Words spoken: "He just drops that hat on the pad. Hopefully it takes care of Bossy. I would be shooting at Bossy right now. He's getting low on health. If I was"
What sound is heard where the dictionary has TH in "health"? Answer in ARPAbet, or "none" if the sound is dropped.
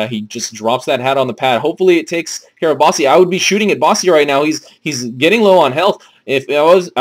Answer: TH